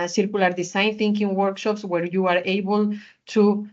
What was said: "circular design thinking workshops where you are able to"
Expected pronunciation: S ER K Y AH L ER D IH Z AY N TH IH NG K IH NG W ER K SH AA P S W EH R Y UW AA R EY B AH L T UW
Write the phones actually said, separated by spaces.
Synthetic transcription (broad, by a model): S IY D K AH L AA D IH S AY N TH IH NG K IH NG W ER K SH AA P S W EH R Y UW AA R EY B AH L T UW